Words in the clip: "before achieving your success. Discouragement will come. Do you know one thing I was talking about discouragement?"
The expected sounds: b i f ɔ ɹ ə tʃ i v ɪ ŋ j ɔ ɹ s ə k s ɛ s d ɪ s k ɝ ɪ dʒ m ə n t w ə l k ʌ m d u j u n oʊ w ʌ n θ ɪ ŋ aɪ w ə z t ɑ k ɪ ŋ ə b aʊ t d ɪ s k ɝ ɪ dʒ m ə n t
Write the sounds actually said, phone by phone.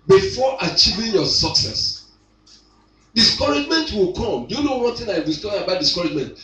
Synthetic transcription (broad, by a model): b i f ɔ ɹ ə tʃ i v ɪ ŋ j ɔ s ə k s ɛ s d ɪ s k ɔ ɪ dʒ m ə n t w ə l k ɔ m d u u n oʊ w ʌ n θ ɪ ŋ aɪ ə s t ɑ ɪ b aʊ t d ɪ s k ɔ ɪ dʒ m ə n t